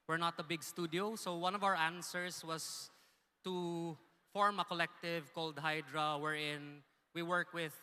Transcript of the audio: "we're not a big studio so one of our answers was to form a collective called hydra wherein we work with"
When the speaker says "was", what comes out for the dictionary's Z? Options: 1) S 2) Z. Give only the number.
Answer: 1